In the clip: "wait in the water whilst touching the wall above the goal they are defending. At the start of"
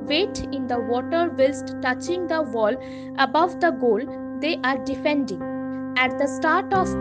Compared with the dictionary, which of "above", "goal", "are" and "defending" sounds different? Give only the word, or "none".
none